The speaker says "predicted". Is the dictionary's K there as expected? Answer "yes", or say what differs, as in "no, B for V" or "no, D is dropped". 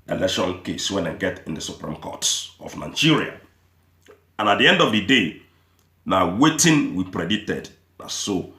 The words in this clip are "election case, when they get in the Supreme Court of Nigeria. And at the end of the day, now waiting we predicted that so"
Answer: no, K is dropped